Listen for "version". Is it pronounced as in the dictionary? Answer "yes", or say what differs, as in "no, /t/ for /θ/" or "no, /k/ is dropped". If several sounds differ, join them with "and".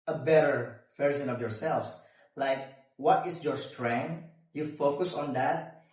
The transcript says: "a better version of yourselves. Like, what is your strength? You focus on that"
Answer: no, /s/ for /ʒ/